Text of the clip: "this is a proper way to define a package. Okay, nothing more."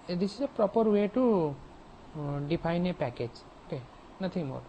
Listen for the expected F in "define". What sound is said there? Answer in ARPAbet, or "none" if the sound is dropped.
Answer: P